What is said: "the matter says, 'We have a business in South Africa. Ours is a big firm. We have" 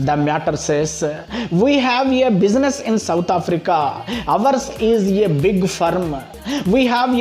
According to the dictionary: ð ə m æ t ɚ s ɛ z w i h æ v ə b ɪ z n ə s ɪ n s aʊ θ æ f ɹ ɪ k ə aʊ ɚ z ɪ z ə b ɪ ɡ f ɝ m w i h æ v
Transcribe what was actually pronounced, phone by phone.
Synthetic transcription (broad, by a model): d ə m æ t ɚ s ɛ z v i h æ v ə b ɪ z n ə s ɪ n s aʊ t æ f ɹ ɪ k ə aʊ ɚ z ɪ z ə b ɪ ɡ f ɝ m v i h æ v